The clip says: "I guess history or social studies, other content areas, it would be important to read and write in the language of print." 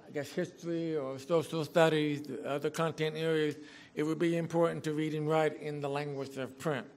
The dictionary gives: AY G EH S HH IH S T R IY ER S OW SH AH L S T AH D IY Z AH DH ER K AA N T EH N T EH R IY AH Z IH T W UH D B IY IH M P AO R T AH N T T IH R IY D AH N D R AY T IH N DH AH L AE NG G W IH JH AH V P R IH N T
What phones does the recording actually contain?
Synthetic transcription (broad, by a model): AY G EH S HH IH S T R IY ER S OW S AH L S T AH D IY Z AH DH ER K AA N T EH N T EH R IY AH Z IH T W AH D B IY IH M P AO R T N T T IH R IY D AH N R AY T IH N DH AH L AE NG G W IH JH AH V P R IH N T